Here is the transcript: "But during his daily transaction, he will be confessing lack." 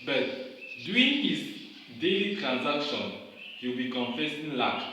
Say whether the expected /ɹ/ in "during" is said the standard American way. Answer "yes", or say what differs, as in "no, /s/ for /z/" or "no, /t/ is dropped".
no, /ɹ/ is dropped